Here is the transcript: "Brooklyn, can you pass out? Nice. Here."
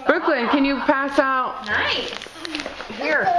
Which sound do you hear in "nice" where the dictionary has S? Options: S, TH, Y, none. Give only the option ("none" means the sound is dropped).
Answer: none